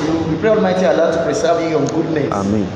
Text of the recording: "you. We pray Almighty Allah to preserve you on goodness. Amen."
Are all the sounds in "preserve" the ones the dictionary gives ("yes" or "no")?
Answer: no